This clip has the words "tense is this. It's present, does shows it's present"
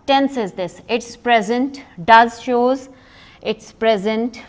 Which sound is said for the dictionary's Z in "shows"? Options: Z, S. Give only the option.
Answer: Z